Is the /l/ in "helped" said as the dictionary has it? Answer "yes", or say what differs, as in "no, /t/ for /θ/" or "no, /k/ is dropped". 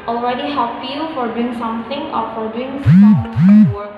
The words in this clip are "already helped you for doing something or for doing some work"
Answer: no, /l/ is dropped